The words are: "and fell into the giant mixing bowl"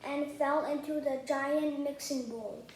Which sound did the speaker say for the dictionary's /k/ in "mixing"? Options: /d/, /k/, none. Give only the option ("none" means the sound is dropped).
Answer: /k/